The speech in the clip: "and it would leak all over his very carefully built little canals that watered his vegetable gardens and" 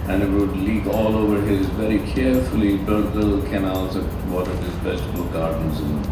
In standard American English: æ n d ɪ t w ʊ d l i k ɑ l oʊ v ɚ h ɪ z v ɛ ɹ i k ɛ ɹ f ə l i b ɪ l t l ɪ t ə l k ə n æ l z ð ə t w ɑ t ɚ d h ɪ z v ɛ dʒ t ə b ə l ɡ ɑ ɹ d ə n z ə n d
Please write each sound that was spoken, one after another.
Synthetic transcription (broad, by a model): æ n ɪ t w ʊ d l i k ɑ l oʊ v ɚ h ɪ z v ɛ ɹ i k ɛ ɹ f ə l i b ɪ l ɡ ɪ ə l k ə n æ l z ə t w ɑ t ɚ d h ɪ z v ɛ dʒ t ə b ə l ɡ ɑ ɹ d ə n z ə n